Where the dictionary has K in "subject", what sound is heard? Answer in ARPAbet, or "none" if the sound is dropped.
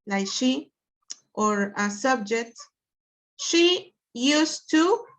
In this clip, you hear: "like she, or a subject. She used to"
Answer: K